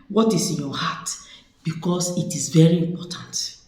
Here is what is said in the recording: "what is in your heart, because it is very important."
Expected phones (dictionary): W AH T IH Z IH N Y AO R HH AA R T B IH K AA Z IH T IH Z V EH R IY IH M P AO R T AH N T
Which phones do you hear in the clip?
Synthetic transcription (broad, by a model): W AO T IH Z IH N Y AO HH AA T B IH K AA S IH T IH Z V EH R IY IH M P AO T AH N T